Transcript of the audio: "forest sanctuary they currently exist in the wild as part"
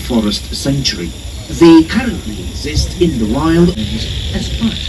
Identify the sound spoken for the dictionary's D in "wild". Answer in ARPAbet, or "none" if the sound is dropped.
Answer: D